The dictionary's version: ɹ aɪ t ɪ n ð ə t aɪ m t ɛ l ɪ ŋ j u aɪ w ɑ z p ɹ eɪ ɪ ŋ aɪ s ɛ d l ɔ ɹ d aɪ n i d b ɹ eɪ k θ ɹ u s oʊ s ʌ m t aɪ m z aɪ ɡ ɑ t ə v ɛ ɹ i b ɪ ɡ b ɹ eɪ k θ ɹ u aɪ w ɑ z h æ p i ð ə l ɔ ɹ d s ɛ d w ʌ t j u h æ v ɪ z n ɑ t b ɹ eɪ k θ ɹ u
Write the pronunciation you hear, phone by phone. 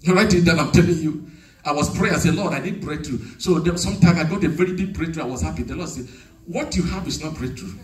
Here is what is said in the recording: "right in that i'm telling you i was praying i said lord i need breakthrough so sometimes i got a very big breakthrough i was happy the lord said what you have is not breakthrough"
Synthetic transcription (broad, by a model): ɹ aɪ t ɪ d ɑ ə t aɪ m t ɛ l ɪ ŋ j u aɪ w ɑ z p ɹ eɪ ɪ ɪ s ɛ l ɔ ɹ d aɪ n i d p ɹ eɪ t ɹ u s oʊ s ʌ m t aɪ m aɪ ɡ ɑ t ə v ɛ ɹ i b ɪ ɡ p ɹ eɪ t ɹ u aɪ w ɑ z h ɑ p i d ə l ɔ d s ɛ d w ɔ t j u h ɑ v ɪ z n ɑ t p ɹ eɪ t ɹ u